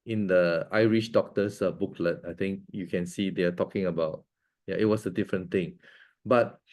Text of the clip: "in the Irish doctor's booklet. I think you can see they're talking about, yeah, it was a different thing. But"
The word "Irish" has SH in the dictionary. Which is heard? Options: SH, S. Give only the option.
SH